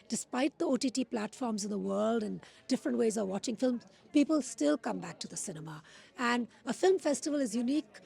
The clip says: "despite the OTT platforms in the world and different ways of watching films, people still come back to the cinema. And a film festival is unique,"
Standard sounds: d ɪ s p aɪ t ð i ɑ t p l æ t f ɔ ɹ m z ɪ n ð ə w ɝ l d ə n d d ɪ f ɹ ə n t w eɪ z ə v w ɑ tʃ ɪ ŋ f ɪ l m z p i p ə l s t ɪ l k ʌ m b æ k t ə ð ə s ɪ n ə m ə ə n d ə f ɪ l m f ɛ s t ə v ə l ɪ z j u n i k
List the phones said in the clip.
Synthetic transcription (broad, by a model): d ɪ s p aɪ t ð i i t p l æ t f ɔ ɹ m z ɪ n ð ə w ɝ l d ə n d d ɪ f ɹ ə n t w eɪ z ə v w ɑ tʃ ɪ ŋ f ɪ l m z p i p ə l s t ɪ l k ʌ m b æ k t ə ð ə s ɪ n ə m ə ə n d ə f ɪ l m f ɛ s t ə v ə l ɪ z j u n i k